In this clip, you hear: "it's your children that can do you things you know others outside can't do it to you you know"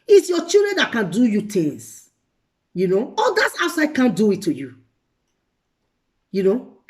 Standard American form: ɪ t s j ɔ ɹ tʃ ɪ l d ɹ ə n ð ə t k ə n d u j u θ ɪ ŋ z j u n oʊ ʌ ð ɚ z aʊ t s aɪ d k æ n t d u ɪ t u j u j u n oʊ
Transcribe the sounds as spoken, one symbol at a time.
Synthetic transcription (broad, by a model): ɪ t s j ɔ tʃ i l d ɹ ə n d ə t k ə n d u j u t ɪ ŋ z j u n oʊ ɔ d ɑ s aʊ t s aɪ d k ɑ n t d u ɪ t u j u j u n oʊ